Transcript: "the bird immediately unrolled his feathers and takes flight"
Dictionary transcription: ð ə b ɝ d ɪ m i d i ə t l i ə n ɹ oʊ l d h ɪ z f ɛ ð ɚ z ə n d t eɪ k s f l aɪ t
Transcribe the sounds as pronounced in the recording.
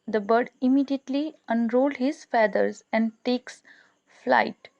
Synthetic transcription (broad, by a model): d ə b ɝ d ɪ m i d i ə t l i ə n ɹ oʊ l d h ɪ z f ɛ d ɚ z ə n d t eɪ k s f l aɪ t